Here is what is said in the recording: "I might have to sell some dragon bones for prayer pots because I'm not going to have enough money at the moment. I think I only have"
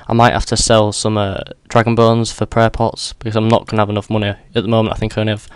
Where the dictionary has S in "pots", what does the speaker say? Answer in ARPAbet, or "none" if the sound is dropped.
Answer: S